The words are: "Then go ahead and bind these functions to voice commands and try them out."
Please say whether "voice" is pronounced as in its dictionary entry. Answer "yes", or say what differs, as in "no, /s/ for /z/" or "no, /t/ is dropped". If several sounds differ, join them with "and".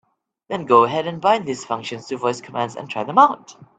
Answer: yes